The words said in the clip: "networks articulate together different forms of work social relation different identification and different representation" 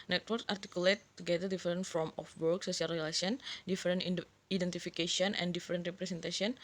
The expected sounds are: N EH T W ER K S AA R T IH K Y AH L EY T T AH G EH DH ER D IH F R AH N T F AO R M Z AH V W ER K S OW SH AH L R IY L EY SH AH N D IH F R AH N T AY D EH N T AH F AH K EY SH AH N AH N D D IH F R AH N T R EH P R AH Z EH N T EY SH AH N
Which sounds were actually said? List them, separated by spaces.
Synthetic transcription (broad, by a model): N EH T W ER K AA R T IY K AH L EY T T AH G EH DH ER D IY F R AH N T F AO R M AH F W ER K S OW S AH L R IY L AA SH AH N D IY F R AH N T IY D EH N T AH F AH K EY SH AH N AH N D D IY F R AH N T R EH P R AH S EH N T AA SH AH N